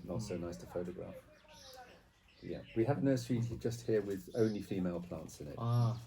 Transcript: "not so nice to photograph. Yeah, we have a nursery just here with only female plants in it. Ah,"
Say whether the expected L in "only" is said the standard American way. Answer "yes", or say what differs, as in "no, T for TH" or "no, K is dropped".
yes